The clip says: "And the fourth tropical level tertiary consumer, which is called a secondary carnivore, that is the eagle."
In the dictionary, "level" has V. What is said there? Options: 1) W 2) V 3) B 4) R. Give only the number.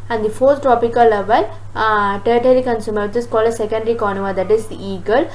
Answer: 2